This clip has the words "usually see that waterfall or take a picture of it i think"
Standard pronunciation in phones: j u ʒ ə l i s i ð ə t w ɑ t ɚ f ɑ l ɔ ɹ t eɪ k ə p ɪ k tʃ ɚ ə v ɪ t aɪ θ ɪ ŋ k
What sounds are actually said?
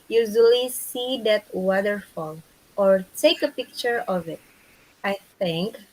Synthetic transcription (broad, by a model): j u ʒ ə l i s i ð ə t w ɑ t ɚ f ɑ l ɔ ɹ t eɪ k ə p ɪ k tʃ ɚ ə v ɪ t aɪ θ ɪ ŋ k